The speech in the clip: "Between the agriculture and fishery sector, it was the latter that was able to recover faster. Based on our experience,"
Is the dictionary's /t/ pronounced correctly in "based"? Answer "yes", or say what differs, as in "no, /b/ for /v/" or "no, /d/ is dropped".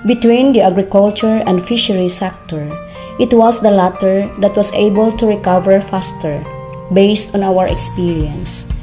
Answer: yes